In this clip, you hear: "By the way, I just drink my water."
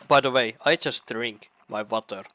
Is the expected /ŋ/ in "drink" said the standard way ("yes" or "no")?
yes